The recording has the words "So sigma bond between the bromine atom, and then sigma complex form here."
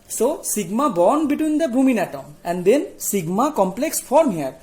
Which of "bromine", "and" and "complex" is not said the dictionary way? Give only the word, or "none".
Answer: bromine